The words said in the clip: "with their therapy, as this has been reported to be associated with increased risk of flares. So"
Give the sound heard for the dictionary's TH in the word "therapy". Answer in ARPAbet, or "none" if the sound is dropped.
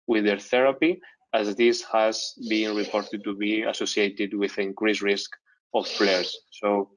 TH